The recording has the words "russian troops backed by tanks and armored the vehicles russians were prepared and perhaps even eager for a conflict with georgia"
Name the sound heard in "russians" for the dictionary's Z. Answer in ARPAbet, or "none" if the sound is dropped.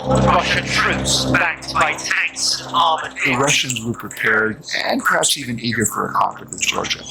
Z